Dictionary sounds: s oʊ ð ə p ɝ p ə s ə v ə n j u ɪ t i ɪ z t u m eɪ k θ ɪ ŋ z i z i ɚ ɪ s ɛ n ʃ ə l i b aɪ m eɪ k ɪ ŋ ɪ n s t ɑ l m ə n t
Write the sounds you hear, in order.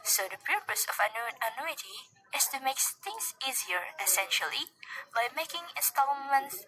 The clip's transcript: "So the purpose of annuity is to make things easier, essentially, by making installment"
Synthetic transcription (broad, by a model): s oʊ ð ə p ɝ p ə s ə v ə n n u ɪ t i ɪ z t u m eɪ k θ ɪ ŋ s i z i ɚ ɪ s ɛ n ʃ ə l i b aɪ m eɪ k ɪ ŋ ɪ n s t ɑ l m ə n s